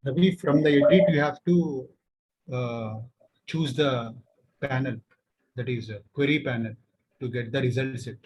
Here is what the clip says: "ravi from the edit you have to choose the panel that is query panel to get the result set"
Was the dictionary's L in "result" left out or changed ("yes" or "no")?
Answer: no